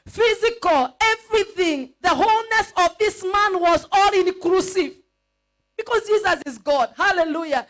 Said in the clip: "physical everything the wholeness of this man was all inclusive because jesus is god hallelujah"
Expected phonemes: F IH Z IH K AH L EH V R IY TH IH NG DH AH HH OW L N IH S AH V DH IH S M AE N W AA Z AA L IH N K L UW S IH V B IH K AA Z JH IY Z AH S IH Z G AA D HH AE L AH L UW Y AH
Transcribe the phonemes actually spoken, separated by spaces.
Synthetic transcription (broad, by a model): F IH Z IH K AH L EH V R IY TH IH NG DH AH HH OW L N IH S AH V DH IH S M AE N W AA Z AA L IH N K L UW S IH V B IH K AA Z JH IY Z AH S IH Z G AA D HH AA L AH L UW Y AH